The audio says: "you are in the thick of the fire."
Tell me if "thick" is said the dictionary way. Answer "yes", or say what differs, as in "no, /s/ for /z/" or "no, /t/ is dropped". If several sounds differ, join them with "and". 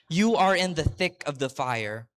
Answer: yes